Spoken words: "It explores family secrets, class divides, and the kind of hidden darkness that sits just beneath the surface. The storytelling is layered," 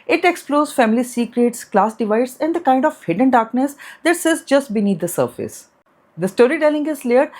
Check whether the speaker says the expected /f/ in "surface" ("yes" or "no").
yes